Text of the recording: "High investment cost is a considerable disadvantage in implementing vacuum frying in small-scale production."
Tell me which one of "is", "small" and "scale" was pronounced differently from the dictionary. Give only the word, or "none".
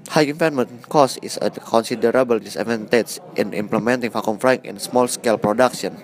is